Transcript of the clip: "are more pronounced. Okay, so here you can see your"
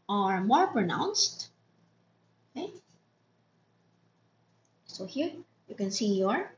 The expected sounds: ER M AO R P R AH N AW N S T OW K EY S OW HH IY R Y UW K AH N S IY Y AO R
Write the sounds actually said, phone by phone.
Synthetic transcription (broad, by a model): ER M AO R P R AH N AW N S T OW K EY S OW HH IY R Y UW K AH N S IY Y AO R